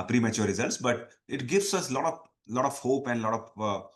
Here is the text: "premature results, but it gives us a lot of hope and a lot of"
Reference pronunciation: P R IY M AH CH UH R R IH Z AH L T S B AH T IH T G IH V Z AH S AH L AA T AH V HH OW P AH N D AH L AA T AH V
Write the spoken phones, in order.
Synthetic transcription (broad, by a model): P R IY M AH CH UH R R IH Z AH L T S B AH T IH T G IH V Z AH S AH L AA T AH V HH OW P AH N D L AA T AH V